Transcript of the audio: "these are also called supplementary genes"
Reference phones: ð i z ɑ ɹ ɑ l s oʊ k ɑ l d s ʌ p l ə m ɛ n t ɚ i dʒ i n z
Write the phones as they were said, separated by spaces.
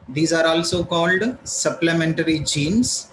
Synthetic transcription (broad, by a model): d i z ɑ ɹ ɑ l s oʊ k ɑ l d s ʌ p l ə m ɛ n t ɚ i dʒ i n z